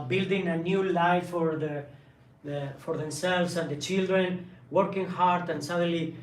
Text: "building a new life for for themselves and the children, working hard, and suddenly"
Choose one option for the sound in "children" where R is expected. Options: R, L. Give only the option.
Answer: R